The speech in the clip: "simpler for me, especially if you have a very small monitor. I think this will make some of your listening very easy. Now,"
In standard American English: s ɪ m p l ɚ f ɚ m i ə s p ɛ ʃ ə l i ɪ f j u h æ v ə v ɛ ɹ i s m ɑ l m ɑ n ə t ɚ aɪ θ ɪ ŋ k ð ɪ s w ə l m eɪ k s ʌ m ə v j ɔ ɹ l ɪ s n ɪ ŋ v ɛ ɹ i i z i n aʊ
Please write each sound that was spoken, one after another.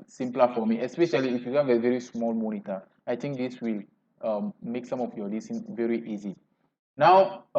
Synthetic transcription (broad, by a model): s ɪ m p l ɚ f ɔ m i ə s p ɛ ʃ ə l i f j u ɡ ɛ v ə v ɛ ɹ i s m ɑ l m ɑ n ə t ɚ aɪ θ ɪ ŋ k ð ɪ s w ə l m eɪ k s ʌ m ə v j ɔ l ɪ s ɪ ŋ v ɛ ɹ i i z i n aʊ